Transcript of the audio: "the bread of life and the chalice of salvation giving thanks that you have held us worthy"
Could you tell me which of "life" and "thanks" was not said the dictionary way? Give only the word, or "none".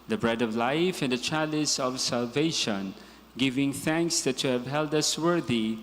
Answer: none